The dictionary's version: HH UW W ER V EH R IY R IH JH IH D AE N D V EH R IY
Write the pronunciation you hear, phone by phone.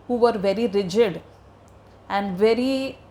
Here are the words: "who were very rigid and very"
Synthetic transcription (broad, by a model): HH UW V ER V EH R IY R IH JH IH D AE N D V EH R IY